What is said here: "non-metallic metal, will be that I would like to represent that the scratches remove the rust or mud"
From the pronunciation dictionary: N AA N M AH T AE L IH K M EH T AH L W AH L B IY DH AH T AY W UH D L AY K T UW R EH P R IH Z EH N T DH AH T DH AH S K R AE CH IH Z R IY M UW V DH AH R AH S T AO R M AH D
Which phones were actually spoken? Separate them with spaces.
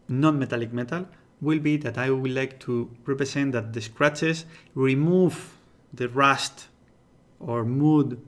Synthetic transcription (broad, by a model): N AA N M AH T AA L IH K M EH T AH L W AH L B IY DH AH T AY W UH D L AY K T UW R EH P R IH S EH N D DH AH T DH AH S K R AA CH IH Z R IY M UW V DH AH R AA S T AO R M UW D